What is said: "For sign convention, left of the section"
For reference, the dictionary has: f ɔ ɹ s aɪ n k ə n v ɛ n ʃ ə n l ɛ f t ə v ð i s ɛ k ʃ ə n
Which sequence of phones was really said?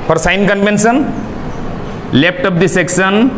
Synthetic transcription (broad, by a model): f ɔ ɹ s aɪ n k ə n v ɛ n s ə n l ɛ p t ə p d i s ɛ k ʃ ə n